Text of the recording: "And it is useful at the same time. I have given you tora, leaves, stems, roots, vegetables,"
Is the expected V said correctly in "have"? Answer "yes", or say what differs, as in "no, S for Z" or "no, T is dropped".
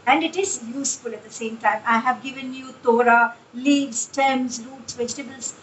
yes